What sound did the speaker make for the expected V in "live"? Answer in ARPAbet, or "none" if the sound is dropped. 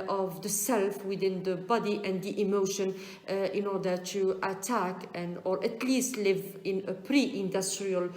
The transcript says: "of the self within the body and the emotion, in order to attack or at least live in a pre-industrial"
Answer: V